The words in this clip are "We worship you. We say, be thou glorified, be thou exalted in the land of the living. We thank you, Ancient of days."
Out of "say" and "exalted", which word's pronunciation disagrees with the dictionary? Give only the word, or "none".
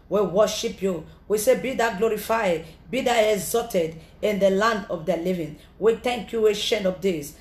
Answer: exalted